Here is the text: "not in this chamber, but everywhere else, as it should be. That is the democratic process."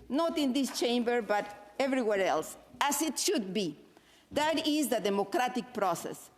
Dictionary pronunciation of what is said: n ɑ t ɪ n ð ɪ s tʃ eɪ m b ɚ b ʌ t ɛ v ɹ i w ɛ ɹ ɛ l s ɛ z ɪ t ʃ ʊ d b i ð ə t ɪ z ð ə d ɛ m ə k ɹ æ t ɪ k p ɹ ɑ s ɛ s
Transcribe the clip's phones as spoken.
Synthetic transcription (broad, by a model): n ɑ t ɪ n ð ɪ s tʃ eɪ m b ɚ b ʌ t ɛ v ɹ i w ɛ ɹ ɛ l s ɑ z ɪ t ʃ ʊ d b i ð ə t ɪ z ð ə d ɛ m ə k ɹ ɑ t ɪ k p ɹ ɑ s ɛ s